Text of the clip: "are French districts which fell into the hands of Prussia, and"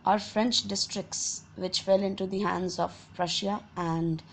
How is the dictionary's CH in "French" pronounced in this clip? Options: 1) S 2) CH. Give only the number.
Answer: 2